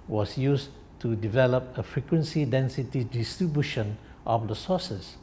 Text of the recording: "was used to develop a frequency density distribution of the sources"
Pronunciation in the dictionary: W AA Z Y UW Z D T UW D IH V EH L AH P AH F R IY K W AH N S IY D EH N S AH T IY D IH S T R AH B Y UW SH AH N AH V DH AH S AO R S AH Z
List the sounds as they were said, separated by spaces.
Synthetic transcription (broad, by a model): W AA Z Y UW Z T UW D IH V EH L AH P AH F R IY K W AH N S IY D EH N S AH T IY D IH S T R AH B Y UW SH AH N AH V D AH S AO S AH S